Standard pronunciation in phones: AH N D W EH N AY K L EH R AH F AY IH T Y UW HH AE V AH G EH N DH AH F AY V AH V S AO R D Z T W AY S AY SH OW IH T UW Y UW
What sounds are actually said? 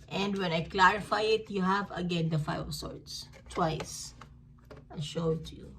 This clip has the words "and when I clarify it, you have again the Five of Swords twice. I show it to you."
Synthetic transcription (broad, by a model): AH N D W EH N AY K L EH R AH F AY IH T Y UW HH AE V AH G EH N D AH F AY AH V S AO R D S T W AY S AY SH OW T UW Y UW